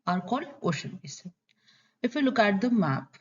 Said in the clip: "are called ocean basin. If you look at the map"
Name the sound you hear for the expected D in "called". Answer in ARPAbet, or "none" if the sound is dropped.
none